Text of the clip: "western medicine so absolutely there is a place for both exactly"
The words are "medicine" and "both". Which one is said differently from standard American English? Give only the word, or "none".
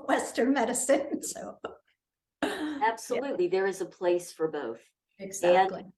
none